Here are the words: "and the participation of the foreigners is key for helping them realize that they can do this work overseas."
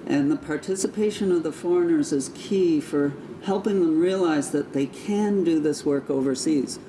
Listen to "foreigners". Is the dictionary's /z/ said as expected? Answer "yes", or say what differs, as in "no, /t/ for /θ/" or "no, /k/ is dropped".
yes